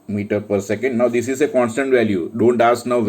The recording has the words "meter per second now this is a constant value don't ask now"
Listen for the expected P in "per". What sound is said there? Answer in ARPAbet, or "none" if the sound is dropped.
P